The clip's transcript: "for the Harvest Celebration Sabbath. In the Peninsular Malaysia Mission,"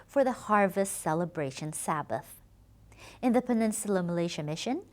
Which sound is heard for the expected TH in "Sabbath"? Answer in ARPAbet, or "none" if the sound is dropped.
TH